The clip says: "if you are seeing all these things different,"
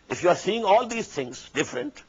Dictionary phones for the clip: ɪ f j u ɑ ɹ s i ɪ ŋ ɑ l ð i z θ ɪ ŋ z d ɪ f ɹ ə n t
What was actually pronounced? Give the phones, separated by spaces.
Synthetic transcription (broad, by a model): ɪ f j u ɑ ɹ s i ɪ ŋ ɑ l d i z t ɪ ŋ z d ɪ f ɹ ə n t